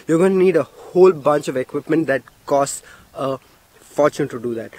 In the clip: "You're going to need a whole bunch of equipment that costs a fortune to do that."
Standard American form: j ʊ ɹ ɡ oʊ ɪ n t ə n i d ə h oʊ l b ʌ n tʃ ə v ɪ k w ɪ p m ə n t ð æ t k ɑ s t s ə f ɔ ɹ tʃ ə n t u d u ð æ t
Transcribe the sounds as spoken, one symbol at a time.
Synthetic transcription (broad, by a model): j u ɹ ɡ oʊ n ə n i d ə h oʊ l b ʌ n tʃ ə v ɪ k w ɪ p m ə n t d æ t k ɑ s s ə f ɔ ɹ tʃ ə n t u d u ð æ t